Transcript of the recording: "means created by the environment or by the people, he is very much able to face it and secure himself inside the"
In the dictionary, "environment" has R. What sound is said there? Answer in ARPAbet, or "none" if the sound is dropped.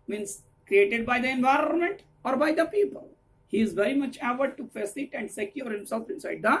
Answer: R